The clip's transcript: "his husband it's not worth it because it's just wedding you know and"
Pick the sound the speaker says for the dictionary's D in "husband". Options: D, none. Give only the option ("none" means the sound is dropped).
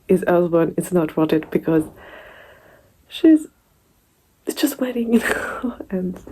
none